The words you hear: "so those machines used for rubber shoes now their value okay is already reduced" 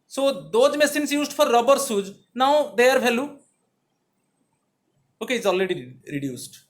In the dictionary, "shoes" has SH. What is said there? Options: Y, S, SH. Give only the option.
S